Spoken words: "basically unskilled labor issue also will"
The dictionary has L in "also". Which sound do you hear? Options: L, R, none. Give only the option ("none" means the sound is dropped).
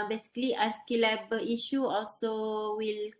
L